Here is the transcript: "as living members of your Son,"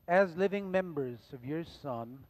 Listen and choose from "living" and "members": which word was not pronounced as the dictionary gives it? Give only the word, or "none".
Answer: none